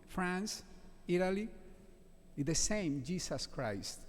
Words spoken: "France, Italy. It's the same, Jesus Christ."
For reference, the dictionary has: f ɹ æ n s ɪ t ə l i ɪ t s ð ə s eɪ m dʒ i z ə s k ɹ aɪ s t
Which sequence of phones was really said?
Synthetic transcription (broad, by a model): f ɹ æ n s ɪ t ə l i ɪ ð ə s eɪ m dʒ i s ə s k ɹ aɪ s t